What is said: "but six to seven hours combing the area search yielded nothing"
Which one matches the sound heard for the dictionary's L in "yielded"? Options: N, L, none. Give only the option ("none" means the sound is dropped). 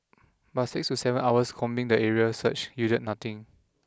none